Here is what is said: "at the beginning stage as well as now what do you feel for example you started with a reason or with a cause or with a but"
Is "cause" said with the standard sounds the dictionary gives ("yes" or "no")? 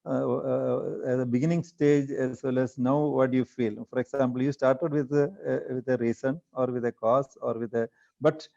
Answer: no